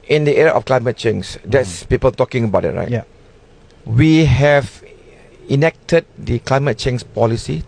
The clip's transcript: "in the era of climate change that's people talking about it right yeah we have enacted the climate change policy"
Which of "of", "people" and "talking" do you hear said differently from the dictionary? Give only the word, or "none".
of